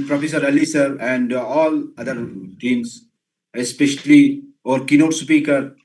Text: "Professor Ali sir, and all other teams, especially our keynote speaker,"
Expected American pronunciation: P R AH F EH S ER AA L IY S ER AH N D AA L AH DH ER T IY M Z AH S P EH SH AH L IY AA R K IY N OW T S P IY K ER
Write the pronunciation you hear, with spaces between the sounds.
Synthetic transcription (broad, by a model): P R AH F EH S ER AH L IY S ER AH N D AA L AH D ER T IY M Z AH S P EH SH AH L IY AA R K IY N OW T S P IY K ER